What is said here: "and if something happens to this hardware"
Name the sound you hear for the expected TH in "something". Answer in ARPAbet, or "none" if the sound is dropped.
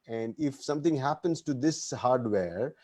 T